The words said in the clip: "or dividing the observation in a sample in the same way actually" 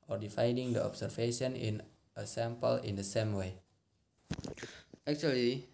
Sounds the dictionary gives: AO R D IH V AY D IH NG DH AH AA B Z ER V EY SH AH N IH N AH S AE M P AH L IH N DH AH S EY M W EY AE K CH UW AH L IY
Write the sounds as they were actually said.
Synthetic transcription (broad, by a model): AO R D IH F AY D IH NG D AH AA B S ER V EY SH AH N IH N AH S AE M P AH L IH N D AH S EY M W EY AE K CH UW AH L IY